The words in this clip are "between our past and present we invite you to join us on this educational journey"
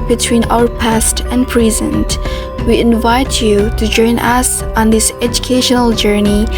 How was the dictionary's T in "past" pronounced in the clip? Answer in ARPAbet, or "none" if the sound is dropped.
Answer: T